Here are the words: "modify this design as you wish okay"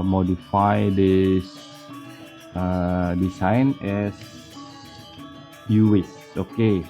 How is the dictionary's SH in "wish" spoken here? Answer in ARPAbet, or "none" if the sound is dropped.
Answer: S